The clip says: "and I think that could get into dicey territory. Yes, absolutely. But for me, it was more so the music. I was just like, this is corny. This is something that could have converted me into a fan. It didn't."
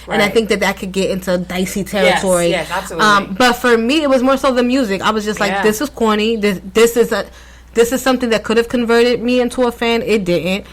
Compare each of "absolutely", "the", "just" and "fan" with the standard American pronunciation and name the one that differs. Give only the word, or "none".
absolutely